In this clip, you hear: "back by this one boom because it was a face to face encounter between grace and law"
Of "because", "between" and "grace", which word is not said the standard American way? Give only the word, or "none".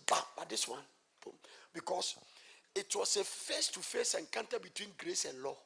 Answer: because